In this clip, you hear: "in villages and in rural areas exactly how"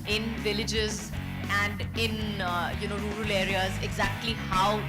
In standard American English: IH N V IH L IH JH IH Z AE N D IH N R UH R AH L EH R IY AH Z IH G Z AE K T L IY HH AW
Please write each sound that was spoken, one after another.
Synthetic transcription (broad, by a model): IH N V IH L IH JH IH Z AE N D IH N R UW R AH L EH R IY AH Z IH G Z AE K T L IY HH AW